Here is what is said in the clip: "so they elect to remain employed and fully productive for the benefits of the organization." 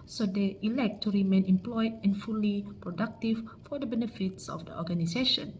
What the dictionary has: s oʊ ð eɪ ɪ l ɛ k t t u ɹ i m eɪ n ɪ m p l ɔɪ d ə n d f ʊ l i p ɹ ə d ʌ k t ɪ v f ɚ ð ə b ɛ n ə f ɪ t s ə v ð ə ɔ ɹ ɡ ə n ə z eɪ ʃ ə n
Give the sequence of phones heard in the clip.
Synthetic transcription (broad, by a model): s oʊ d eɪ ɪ l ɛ k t t u ɹ i m eɪ n ɪ m p l ɔɪ d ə n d f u l i p ɹ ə d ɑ k t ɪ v f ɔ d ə b ɛ n ə f ɪ t s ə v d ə ɔ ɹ ɡ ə n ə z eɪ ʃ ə n